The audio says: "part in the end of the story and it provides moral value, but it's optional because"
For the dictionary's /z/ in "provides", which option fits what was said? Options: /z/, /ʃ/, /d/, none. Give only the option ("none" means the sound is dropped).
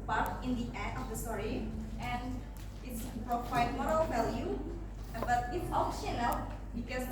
none